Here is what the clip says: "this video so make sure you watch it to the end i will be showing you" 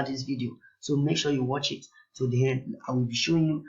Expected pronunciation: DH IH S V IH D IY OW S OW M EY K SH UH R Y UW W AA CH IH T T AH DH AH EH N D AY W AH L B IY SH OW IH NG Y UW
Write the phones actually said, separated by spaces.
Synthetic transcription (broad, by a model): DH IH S V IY D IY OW S OW M EY K SH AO Y UW W AA CH IH T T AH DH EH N AY W AH L B IY SH OW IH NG Y UW